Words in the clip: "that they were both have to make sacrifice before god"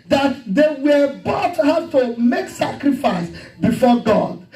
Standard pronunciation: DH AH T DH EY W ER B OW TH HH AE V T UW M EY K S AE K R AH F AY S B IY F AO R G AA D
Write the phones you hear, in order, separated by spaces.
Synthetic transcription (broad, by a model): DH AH T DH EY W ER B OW T HH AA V T UW M EY K S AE K R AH F AY S B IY F AO G AA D